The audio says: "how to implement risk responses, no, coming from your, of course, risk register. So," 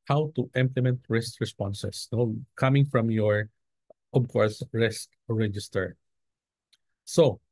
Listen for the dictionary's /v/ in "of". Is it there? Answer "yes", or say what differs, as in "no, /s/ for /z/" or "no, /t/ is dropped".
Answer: no, /b/ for /v/